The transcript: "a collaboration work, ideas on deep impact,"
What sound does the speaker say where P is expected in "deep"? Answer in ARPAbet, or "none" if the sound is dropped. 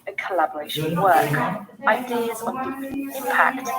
none